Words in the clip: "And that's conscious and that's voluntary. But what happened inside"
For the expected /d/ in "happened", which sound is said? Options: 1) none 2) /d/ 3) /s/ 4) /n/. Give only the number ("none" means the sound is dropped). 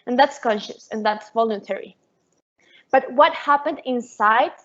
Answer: 2